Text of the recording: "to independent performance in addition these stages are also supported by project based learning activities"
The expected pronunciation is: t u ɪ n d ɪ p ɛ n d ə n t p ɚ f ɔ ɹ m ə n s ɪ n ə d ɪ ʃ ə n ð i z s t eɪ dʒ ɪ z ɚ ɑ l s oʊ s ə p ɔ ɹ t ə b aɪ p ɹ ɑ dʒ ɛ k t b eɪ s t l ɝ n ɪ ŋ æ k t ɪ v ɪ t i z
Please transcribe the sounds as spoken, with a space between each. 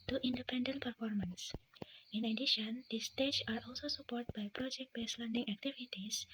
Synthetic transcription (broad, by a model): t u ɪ n d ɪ p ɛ n d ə n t p ɚ f ɔ ɹ m ə n s ɪ n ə d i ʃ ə n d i s t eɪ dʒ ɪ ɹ ɑ l s oʊ s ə p ɔ ɹ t b aɪ p ɹ ɑ dʒ ɛ k t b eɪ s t l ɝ n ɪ ŋ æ k t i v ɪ t i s